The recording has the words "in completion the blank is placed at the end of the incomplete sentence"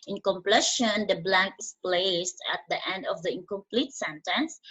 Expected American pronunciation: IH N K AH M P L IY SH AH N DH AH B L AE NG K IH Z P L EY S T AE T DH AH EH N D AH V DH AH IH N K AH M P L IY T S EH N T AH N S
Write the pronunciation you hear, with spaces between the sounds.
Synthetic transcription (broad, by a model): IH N K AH M P L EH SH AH N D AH B L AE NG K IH S P L EY S T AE T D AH EH N D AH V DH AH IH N K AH M P L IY T S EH N T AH N S